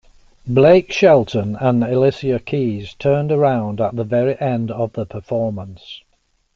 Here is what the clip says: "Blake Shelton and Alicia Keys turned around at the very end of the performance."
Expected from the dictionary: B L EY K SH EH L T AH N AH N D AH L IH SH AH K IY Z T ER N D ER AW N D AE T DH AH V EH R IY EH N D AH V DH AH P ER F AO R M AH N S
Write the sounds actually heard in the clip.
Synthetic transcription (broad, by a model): B L EY K SH EH L T AH N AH N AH L IH S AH K IY Z T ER N D ER AW N D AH T DH AH V EH R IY EH N D AH V DH AH P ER F AO R M AH N S